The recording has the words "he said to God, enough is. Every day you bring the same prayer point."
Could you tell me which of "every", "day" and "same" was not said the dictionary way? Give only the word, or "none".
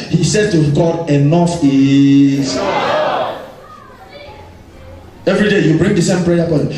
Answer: none